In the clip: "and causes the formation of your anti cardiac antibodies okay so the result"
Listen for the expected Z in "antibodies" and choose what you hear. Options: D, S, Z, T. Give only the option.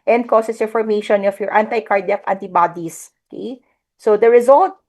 S